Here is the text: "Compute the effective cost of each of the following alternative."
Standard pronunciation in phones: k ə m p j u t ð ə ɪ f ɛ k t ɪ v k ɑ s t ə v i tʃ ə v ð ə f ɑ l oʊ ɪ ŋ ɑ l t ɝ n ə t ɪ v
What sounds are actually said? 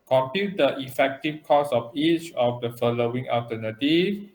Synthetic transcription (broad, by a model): k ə m p j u t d ə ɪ f ɛ k t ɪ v k ɑ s ə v i tʃ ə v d ə f ɑ l oʊ ɪ ŋ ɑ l t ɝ n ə t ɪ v